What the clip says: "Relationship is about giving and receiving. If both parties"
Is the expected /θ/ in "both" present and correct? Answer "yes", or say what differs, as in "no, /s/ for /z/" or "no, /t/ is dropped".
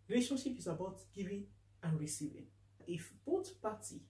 no, /t/ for /θ/